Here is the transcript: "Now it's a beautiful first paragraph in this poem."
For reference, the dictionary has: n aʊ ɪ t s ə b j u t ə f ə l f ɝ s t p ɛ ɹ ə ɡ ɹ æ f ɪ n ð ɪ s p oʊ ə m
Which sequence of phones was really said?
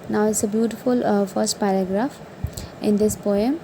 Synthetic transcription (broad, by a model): n aʊ ɪ t s ə b j u t ə f ə l f ɝ s t p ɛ ɹ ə ɡ ɹ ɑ f ɪ n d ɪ s p oʊ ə m